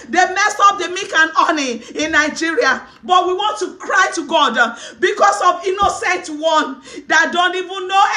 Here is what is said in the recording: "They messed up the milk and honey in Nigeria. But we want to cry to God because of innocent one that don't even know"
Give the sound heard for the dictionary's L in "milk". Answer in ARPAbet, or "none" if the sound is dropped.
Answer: none